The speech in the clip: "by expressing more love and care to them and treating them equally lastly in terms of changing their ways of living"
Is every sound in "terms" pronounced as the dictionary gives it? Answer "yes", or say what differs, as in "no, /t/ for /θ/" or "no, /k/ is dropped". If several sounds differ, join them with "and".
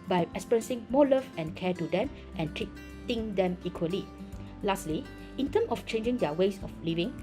no, /z/ is dropped